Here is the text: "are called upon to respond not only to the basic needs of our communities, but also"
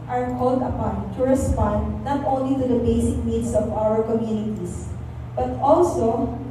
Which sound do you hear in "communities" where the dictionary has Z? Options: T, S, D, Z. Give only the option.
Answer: S